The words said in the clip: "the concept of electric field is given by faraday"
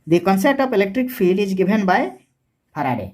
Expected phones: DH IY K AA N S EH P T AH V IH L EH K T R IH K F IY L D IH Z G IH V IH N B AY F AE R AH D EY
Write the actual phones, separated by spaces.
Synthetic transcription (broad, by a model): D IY K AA N S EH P T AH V IH L EH K T R IH K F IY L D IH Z G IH B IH N B AY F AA R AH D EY